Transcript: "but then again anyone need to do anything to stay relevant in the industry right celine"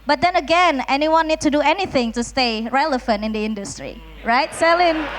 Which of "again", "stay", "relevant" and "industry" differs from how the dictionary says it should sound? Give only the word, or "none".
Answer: relevant